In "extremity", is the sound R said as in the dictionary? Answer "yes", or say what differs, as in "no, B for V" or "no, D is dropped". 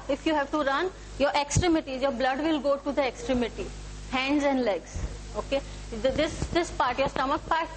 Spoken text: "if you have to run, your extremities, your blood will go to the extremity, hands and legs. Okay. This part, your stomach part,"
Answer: yes